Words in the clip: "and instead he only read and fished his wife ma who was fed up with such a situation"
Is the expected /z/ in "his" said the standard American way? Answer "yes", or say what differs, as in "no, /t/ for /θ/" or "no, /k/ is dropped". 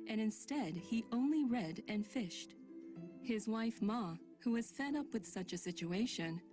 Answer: yes